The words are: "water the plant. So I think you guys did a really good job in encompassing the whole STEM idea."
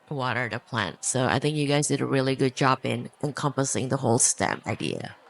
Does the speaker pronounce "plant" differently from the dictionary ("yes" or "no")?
no